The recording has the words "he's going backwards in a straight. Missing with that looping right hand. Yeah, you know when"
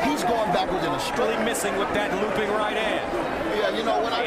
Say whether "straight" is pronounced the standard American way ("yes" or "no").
no